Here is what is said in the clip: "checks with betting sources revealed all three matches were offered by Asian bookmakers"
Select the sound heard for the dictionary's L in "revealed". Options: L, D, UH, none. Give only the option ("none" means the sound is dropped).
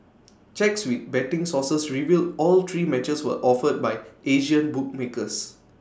L